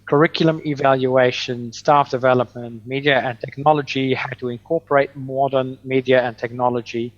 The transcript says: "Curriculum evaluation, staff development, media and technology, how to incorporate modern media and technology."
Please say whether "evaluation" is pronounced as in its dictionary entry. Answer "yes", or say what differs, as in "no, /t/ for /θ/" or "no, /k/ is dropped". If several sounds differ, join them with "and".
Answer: yes